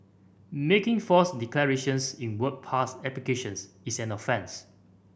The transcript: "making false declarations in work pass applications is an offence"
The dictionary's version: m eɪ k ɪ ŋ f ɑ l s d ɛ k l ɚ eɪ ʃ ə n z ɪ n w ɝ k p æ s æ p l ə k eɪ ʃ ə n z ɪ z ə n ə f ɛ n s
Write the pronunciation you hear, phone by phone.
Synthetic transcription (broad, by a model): m eɪ k ɪ ŋ f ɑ s d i k l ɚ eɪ ʃ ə n s ɪ n w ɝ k p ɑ s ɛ p l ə k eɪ ʃ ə n s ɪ s ə n ə f ɛ n s